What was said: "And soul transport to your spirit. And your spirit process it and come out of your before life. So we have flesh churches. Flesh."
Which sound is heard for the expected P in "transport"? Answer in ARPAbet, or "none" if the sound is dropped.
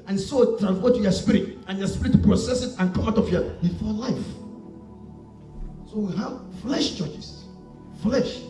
F